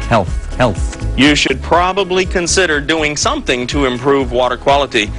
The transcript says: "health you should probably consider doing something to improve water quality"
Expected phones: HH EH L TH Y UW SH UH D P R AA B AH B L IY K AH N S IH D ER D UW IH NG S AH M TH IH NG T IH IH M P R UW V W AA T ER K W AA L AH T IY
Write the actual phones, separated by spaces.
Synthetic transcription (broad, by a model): HH EH L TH Y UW SH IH D P R AA B AH B L IY K AH N S IH D ER D UW IH NG S AH M TH IH NG T IH IH M P R UW V W AA T ER K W AA L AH T IY